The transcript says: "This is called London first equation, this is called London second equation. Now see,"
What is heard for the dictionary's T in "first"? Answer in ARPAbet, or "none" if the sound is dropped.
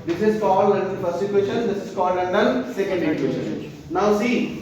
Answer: none